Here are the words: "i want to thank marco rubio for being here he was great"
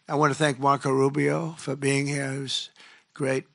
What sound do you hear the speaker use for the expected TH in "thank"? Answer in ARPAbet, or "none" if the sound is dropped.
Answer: TH